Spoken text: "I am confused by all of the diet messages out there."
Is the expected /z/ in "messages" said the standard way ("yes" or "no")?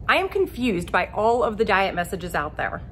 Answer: yes